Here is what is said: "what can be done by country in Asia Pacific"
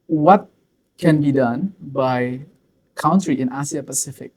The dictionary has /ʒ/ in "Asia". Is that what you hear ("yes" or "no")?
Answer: no